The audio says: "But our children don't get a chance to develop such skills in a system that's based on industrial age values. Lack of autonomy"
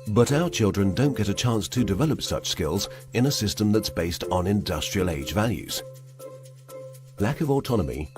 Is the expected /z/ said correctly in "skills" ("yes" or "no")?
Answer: yes